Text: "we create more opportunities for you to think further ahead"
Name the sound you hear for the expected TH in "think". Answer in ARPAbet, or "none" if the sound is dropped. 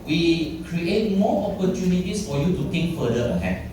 T